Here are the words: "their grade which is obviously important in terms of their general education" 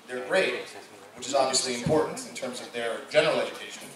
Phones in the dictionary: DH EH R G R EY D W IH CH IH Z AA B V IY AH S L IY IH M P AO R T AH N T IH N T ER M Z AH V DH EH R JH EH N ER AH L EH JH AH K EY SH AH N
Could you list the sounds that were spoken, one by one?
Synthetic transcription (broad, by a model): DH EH R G R EY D W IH CH IH Z AA B V IY AH S L IY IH M P AO R T N T IH N T ER M Z AH V DH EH R JH EH N ER AH L EH JH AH K EY SH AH N